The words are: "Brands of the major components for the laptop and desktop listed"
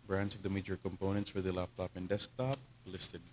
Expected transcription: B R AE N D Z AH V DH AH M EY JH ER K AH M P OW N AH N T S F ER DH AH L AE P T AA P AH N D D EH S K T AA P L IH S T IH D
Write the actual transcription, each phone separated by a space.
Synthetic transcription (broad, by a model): B R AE N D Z AH V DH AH M EY JH ER K AH M P OW N AH N T S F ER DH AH L AE P T AA P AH N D D EH S K T AA P L IH S T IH D